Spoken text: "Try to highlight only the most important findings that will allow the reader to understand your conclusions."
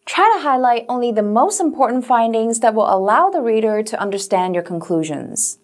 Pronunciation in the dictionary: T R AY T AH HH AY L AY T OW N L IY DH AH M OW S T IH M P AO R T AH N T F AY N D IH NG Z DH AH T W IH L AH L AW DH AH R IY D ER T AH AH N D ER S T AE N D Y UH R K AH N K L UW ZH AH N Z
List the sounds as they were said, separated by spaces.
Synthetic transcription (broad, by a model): T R AY T AH HH AY L AY T OW N L IY DH AH M OW S T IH M P AO R T N T F AY N D IH NG Z DH AH T W IH L AH L AW DH AH R IY D ER T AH AH N D ER S T AE N D Y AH R K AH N K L UW ZH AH N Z